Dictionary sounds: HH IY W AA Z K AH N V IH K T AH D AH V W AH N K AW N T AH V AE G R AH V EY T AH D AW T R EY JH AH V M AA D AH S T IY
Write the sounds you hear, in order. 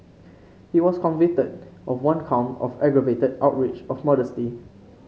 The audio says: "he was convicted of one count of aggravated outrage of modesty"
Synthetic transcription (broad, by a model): HH IY W AA S K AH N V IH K T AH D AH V W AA N K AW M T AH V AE G R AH V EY T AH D AW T R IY CH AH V M AA D AH S T IY